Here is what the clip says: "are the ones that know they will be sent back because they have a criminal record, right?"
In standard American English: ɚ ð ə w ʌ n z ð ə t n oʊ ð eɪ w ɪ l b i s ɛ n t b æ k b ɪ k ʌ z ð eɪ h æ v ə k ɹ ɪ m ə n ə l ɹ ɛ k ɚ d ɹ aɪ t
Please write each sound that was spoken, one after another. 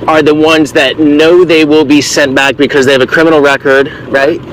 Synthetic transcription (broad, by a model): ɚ ð ə w ʌ n z ð ə t n oʊ ð eɪ w ɪ l b i s ɛ n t b æ k b ɪ k ʌ z ð eɪ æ v ə k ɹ ɪ m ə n l ɹ ɛ k ɚ d ɹ aɪ t